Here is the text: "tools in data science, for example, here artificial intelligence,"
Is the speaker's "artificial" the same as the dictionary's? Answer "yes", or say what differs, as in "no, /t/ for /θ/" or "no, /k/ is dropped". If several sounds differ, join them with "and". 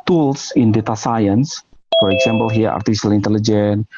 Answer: no, /s/ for /ʃ/